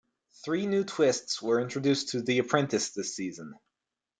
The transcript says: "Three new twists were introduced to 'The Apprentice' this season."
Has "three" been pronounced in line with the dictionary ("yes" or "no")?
yes